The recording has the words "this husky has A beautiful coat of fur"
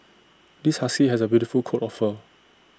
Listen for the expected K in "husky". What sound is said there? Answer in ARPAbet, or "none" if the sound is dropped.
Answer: none